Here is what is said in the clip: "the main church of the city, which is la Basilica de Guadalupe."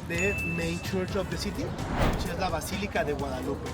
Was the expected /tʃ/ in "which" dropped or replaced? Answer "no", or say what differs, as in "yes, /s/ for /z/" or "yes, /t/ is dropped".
yes, /tʃ/ is dropped